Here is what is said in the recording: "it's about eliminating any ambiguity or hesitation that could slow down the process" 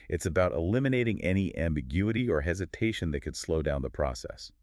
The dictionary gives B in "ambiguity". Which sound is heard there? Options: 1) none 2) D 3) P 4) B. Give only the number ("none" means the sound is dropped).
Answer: 4